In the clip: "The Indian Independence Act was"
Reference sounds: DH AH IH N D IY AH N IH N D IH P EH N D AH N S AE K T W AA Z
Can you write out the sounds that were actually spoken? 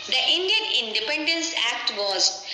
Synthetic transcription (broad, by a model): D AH IH N D IY AH N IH N D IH P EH N D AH N S AE K T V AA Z